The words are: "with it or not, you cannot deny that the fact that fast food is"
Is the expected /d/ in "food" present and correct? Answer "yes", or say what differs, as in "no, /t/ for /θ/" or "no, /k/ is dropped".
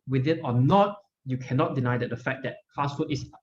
no, /d/ is dropped